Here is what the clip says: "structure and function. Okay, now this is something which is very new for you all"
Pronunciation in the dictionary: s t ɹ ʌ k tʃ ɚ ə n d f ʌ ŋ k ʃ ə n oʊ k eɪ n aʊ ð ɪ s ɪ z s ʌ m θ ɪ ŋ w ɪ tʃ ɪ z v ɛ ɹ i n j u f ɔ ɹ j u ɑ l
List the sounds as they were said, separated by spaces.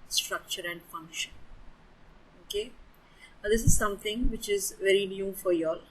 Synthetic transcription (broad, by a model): s t ɹ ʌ k tʃ ɚ ə n d f ʌ ŋ k ʃ ə n oʊ k eɪ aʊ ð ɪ s ɪ z s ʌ m t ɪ ŋ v ɪ tʃ ɪ z v ɛ ɹ i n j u f ɔ ɹ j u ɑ l